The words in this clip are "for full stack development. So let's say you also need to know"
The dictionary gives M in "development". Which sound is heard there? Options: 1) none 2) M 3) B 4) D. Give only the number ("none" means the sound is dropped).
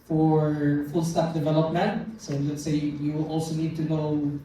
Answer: 2